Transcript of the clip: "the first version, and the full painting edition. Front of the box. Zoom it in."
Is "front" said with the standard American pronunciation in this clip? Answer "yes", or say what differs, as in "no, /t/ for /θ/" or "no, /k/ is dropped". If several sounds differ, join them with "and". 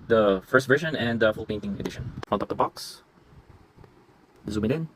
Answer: no, /ɹ/ is dropped